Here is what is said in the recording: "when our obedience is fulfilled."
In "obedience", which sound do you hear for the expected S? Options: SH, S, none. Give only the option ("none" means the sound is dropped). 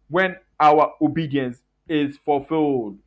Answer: S